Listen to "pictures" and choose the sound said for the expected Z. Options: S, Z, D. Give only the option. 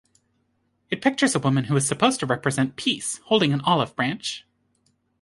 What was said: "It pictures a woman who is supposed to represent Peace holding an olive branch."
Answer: Z